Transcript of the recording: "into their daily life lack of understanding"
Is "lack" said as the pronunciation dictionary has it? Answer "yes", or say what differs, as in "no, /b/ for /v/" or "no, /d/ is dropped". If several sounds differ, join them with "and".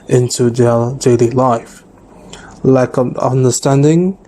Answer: no, /k/ is dropped